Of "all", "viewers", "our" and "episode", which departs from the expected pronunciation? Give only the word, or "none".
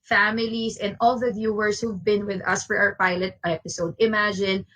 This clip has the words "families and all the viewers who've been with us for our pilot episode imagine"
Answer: viewers